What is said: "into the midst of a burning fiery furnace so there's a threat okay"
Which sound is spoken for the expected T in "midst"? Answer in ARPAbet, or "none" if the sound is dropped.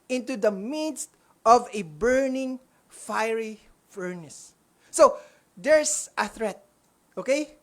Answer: T